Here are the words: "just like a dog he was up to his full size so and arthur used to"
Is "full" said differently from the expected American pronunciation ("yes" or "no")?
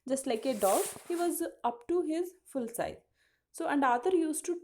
no